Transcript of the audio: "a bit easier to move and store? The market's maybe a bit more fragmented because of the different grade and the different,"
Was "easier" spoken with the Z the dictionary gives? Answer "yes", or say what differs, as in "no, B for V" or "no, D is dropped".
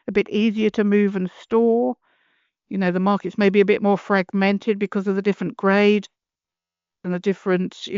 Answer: yes